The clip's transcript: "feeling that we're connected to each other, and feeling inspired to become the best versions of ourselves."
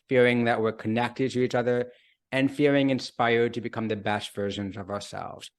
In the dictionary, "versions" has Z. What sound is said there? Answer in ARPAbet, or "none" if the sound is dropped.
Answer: Z